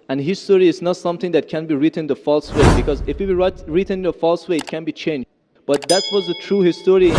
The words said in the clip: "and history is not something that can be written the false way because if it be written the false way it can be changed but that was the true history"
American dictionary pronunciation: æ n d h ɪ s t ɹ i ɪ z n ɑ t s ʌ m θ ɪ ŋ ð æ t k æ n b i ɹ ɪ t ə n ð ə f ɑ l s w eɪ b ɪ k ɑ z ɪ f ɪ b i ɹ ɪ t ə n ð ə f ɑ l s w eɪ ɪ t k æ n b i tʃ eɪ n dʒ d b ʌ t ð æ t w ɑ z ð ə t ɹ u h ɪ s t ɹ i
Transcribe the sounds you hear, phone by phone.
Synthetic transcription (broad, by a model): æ n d h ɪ s t ɹ i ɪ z n ɑ t s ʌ m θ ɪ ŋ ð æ t k æ n b i ɹ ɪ t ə n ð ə f ɑ l s w eɪ b ɪ k ɑ z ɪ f ɪ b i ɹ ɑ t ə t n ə f ɑ l s w eɪ ɪ t k æ n b i tʃ eɪ n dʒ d b ʌ t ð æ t w ɑ z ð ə t ɹ u h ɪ s t ɹ i